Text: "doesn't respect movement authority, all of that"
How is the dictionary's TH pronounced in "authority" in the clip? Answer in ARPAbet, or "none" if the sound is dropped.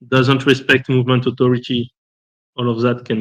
T